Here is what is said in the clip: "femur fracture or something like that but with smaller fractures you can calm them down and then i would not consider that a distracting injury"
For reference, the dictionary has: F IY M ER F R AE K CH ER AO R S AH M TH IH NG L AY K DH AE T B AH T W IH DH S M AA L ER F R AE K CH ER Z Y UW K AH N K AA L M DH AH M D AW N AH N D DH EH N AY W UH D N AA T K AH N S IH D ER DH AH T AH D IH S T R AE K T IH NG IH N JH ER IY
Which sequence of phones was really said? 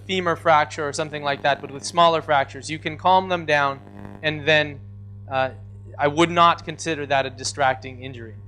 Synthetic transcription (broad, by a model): F IY M ER F R AE K CH ER R S AH M TH IH NG L AY K DH AE T B AH T W IH DH S M AA L ER F R AE K CH ER Z Y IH K AH N K AA L M DH AH M D AW N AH N DH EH N AY W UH D N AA T K AH N S IH D ER DH AH T AH D IH S T R AE K T IH NG IH N JH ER IY